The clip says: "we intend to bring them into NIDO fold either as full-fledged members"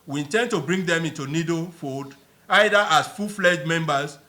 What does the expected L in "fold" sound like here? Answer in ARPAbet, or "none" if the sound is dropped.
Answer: none